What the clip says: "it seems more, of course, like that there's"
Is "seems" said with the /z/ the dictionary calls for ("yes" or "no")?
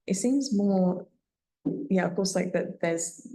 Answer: yes